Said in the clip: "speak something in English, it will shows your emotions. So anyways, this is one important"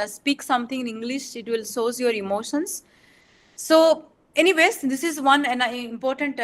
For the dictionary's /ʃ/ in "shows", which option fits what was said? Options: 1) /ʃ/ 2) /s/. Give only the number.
2